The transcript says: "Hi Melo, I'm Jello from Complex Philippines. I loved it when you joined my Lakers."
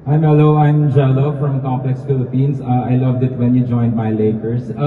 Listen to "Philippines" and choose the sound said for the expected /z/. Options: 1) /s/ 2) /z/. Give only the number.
1